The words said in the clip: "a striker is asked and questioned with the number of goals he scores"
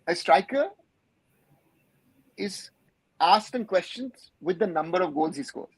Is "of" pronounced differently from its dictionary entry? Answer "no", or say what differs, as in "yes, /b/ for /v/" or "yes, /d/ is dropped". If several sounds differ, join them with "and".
no